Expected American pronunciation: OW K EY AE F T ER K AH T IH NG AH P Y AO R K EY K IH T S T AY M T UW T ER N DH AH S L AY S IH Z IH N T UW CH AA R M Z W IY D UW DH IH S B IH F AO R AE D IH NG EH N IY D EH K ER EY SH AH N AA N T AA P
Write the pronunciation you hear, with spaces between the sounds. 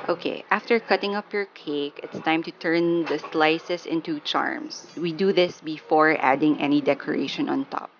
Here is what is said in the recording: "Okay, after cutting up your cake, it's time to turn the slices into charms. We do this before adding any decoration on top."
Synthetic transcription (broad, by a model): OW K EY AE F T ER K AH T IH NG AH P Y AO R K EY K IH T S T AY M T UW T ER N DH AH S L AY S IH S IH N T UW CH AA R M S W IY D UW DH IH S B IH F AO R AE D IH NG EH N IY D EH K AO EY SH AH N AA N T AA P